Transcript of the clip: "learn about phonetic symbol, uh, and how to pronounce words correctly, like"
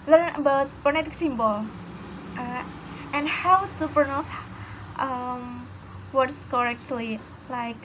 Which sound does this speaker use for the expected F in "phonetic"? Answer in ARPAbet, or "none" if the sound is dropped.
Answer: P